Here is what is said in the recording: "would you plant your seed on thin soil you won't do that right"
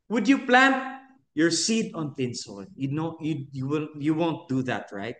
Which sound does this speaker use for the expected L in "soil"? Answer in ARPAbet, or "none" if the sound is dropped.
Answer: W